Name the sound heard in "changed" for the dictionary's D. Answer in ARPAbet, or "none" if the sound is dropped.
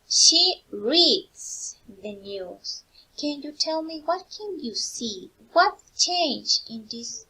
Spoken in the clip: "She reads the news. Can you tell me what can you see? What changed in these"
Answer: none